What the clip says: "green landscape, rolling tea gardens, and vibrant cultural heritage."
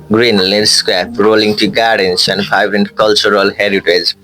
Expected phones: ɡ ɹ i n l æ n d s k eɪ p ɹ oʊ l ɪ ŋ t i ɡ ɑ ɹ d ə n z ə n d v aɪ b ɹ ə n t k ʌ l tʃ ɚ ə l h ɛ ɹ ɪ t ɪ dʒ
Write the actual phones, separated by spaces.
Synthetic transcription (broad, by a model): ɡ ɹ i n l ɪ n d s k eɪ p ɹ oʊ l ɪ ŋ t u ɡ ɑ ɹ d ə n s ə n d p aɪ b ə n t k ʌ l tʃ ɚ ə l h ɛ ɹ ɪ t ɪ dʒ